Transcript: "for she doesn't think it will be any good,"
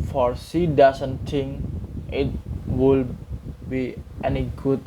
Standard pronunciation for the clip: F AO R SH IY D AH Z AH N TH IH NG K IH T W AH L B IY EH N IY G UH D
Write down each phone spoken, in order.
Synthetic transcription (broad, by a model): F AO R S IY D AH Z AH N T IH NG IH T W AH L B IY EH N IY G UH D